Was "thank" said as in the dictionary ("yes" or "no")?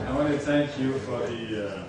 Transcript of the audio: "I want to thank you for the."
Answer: yes